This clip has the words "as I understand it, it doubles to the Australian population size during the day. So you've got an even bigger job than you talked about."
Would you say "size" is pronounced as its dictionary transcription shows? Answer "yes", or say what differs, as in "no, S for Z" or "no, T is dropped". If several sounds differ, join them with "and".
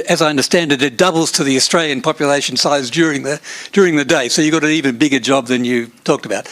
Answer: yes